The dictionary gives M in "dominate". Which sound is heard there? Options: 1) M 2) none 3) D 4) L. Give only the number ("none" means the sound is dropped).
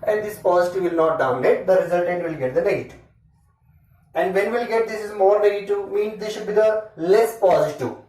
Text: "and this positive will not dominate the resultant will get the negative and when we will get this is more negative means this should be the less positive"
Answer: 2